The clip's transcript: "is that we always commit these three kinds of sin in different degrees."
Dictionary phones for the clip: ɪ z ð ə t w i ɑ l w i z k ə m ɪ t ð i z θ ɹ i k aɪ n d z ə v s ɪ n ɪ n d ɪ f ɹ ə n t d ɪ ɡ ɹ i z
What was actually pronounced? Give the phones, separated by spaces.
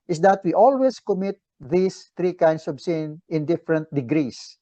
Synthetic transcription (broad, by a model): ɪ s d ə t w i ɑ l w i s k ə m ɪ t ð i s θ ɹ i k aɪ n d s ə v s ɪ n ɪ n d ɪ f ɹ ə n t d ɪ ɡ ɹ i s